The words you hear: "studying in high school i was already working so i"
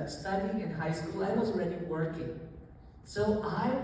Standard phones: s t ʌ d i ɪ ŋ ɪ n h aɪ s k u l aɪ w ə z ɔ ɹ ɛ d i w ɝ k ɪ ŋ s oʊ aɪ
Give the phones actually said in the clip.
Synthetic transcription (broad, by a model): s t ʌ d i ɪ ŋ ɪ n h aɪ s k u l aɪ w ə z ɹ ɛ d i w ɝ k ɪ ŋ s oʊ aɪ